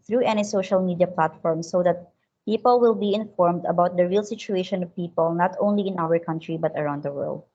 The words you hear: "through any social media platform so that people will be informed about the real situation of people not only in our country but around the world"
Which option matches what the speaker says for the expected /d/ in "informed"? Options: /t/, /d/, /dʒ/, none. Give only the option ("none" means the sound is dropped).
/d/